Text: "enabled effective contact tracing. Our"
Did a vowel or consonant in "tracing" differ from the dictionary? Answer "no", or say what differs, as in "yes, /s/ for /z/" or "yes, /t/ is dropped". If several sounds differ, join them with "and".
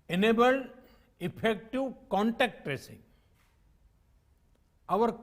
no